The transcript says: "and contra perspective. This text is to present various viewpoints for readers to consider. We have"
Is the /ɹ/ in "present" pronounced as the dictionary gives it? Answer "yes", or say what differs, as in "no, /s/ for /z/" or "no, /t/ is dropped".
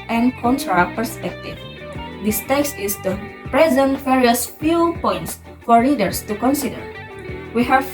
yes